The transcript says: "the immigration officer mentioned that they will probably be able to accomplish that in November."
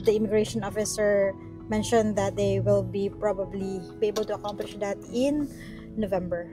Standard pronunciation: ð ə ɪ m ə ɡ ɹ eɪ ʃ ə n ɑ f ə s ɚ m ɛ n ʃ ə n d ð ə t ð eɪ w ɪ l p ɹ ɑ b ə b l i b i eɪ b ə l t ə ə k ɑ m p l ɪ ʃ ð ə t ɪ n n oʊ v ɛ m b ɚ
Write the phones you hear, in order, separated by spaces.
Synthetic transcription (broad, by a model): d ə ɪ m ə ɡ ɹ eɪ ʃ ə n ɑ f ə s ɚ m ɛ n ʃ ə n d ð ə t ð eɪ w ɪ l p ɹ ɑ b ə b l i b i eɪ b ə l t ə ə k ɑ m p l ɪ ʃ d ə t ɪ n n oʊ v ɛ m b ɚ